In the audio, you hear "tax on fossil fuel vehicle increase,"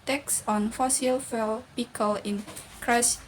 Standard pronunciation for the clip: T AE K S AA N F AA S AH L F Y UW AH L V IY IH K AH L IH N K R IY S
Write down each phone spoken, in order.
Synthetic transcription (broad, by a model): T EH K S AA N F AA S AH L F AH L P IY K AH L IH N K R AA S